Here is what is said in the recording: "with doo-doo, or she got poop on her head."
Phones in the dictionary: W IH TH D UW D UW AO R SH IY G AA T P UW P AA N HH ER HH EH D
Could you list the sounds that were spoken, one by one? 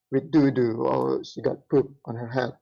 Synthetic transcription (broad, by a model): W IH D UW D UW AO L SH IY G AA T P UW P AA N HH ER HH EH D